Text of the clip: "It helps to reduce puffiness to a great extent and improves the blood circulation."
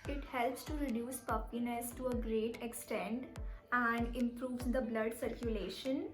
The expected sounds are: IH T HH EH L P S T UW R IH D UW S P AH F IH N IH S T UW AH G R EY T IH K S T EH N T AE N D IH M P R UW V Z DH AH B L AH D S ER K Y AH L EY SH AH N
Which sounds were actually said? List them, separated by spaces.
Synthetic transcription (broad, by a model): IH T HH EH L P S T UW R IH D UW S P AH P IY N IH S T UW AH G R EY T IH K S T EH N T AE N D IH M P R UW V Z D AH B L AH D S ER K Y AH L EY SH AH N